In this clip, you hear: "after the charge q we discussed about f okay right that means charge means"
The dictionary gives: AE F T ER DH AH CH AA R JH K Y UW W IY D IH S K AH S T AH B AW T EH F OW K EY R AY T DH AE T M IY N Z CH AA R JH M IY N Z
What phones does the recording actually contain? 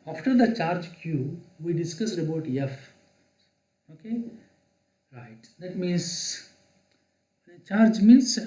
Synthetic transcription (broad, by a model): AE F T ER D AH CH AA R JH K Y UW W IY D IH S K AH S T AH B AW T EH F OW K EY R AY T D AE T M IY N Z CH AA R JH M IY N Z